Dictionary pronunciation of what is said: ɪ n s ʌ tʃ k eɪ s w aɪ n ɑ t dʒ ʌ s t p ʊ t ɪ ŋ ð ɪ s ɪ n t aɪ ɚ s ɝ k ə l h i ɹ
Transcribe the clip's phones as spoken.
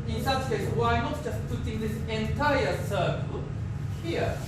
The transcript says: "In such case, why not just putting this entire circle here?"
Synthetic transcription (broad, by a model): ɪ n s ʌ s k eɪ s w aɪ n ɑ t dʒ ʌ s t p ʊ t ɪ ŋ ð ɪ s ɪ n t aɪ ɚ s ɝ k ə l h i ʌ